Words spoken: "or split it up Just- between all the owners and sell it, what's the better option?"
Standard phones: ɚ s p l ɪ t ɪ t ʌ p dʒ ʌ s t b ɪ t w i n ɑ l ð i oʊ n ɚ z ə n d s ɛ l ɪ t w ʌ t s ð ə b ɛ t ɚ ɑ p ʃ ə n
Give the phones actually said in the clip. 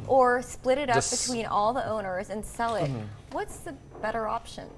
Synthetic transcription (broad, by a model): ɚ s p l ɪ t ɪ t ʌ p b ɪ t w i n ɑ l ð i oʊ n ɚ z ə n s ɛ l ɪ t w ʌ t s ð ə b ɛ t ɚ ɑ p ʃ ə n